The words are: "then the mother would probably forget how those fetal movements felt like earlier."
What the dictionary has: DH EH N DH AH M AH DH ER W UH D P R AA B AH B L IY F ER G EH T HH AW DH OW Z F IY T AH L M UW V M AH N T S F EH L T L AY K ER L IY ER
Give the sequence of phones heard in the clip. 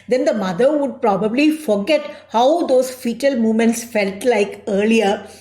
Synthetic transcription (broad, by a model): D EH N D AH M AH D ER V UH D P R AA B AH B L IY F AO G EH T HH AW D OW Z F IY T AH L M UW V M AH N T S F EH L T L AY K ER L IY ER